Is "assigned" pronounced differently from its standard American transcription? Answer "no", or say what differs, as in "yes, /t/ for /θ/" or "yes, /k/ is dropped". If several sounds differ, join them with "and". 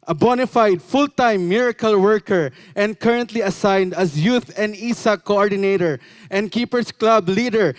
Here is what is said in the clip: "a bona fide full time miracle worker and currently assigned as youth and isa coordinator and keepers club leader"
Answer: no